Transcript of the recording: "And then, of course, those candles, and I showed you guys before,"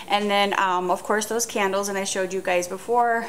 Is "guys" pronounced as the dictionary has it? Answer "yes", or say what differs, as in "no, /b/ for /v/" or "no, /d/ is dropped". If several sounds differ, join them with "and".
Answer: yes